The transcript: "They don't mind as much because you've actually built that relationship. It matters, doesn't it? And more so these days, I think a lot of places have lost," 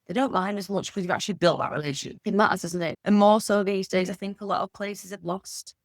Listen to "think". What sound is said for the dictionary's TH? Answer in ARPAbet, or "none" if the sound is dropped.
TH